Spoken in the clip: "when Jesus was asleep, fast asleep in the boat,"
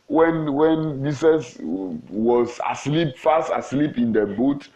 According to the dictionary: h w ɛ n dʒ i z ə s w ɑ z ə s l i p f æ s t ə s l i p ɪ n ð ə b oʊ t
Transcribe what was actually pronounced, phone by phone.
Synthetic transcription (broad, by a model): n w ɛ n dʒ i s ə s w ɑ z ə s l i p f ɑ s t ə s l i p ɪ n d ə b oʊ t